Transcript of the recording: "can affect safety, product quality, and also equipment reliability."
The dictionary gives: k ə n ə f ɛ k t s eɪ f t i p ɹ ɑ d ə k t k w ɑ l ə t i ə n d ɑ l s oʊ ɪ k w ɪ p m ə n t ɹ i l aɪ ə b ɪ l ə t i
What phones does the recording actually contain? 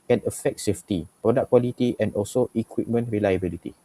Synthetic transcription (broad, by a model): k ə n ə f ɛ k t s eɪ f t i p ɹ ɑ d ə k k w ɑ l ə t i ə n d ɑ l s oʊ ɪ k w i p m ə n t ɹ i l aɪ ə b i l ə t i